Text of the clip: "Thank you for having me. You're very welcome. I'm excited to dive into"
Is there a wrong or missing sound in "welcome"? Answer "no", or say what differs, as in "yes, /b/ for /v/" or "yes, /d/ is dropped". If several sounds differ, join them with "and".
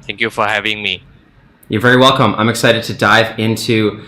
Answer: no